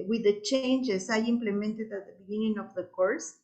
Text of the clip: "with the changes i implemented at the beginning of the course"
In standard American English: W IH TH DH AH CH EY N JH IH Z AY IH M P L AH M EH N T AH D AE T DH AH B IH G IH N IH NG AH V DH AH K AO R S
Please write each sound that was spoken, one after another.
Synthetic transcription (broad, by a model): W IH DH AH CH EY N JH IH S AY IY M P L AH M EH N T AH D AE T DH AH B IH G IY N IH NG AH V DH AH K AO R S